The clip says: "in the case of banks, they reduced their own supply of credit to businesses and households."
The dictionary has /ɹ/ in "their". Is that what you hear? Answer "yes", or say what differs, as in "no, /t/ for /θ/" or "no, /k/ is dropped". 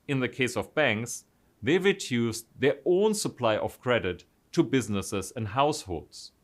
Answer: yes